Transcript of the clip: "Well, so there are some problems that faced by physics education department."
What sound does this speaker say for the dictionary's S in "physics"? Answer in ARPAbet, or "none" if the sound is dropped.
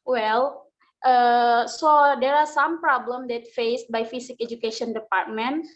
none